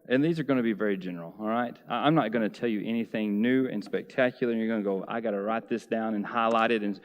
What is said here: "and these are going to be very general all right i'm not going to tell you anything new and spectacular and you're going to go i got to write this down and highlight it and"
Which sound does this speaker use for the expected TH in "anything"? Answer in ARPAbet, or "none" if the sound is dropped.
TH